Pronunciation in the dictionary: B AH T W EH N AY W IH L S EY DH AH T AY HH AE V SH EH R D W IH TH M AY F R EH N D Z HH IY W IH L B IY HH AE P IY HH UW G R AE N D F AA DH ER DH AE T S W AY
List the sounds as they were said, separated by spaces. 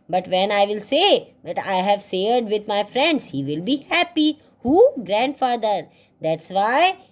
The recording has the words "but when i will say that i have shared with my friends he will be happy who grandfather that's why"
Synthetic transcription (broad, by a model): B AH T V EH N AY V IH L S EY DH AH T AY HH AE V S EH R D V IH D M AY F R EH N D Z HH IY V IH L B IY HH AE P IY HH UW G R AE N D F AA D ER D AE T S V AY